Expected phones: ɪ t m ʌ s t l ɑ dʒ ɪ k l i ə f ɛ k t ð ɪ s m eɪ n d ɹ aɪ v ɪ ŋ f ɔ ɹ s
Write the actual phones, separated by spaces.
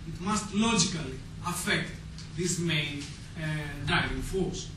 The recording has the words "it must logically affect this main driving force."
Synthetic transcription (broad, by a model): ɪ t m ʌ s t l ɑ dʒ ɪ k l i ə f ɛ k t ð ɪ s m eɪ n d aɪ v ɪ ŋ f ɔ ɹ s